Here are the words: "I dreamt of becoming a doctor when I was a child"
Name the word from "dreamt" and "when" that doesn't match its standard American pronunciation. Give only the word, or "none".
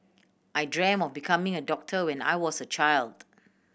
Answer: dreamt